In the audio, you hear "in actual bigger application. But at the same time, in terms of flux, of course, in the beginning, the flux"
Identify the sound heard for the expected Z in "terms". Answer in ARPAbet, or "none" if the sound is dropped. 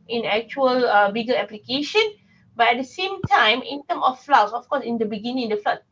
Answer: none